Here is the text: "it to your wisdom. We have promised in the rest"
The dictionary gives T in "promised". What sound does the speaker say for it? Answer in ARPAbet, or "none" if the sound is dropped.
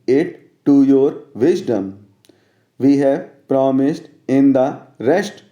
T